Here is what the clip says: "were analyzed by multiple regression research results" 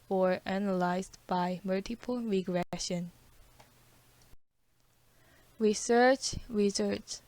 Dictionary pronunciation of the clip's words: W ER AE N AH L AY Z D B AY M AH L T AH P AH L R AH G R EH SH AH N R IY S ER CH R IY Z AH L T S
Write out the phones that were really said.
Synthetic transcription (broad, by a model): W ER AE N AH L AY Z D B AY M AH L T AH P AH L R AH G R EH SH AH N R IY S ER CH R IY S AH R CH